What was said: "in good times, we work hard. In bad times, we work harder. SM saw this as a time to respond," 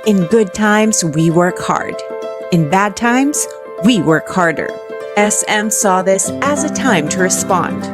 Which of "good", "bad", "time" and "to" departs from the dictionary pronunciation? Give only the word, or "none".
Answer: none